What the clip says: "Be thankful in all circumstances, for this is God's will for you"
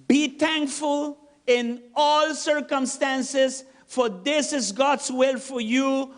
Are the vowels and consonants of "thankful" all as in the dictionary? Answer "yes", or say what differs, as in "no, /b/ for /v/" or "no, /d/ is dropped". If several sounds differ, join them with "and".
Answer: no, /t/ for /θ/